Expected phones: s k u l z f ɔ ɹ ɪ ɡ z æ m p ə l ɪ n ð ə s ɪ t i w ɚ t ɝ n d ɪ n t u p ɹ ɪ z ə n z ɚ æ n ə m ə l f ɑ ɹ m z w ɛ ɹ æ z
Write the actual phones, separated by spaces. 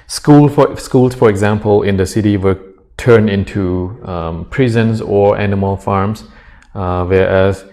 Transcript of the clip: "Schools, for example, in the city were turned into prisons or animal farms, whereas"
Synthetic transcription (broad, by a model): s k u l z f ɔ ɹ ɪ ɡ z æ m p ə l ɪ n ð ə s ɪ t i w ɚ t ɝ n ɪ n t u p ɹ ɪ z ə n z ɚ æ n ə m ə l f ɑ ɹ m s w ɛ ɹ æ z